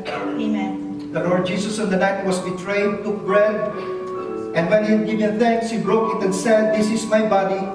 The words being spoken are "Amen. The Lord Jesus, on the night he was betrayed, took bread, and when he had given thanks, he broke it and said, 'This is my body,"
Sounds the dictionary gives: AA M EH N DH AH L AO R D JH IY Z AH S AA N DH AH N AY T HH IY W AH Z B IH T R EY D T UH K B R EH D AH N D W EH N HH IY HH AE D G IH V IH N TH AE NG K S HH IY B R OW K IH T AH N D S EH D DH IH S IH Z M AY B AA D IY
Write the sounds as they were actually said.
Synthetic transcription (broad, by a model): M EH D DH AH L AO R D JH IY S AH S AA N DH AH N AY T W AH S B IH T R EY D T UH K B R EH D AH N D W EH N HH IY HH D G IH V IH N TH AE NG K S HH IY B R OW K IH T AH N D S EH D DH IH S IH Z M AY B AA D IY